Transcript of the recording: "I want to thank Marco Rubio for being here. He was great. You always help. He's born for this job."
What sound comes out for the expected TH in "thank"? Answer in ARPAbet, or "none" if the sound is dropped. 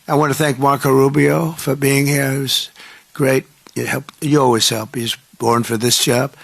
TH